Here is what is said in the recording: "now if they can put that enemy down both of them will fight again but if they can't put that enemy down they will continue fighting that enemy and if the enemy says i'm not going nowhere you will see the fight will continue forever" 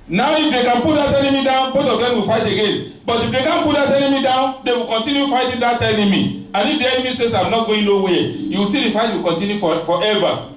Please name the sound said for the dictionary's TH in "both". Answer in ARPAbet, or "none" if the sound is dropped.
T